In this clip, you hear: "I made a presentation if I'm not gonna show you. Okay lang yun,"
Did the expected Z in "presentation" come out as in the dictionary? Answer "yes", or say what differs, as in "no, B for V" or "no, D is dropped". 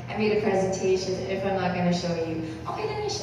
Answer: yes